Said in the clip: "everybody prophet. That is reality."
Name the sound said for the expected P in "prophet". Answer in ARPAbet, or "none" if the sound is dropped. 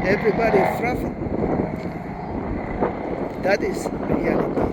F